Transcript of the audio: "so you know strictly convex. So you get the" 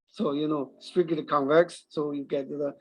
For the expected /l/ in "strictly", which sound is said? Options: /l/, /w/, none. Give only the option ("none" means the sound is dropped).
none